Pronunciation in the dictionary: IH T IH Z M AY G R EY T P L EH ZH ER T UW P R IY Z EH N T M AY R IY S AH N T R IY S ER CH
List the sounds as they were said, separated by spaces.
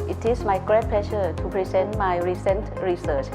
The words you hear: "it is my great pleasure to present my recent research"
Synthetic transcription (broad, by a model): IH T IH S M AY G R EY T P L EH SH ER T UW P R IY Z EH N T M AY R IY S AH N T R IY S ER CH